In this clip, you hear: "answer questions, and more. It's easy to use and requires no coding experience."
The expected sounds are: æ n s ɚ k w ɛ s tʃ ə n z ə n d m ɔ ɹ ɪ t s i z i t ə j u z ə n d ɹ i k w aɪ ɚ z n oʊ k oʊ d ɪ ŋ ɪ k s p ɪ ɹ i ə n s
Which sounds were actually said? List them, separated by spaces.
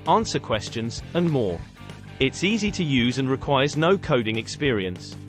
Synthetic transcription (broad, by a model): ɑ n s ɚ k w ɛ s tʃ ə n z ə n m ɔ ɹ ɪ t s i z i t ə j u z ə n ɹ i k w aɪ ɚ z n oʊ k oʊ d ɪ ŋ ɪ k s p ɪ ɹ i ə n s